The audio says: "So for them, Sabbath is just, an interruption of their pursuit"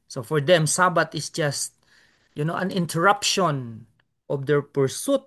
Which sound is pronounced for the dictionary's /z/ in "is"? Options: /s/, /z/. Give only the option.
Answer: /s/